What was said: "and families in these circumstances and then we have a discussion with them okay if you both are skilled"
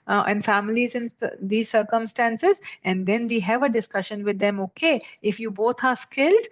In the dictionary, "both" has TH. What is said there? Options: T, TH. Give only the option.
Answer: T